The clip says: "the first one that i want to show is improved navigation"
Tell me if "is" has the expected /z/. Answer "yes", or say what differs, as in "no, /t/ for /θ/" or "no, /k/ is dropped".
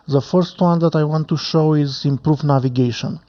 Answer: yes